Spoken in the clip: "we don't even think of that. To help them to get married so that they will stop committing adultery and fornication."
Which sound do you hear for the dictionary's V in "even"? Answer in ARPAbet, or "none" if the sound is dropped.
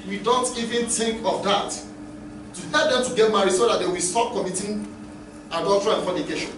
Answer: V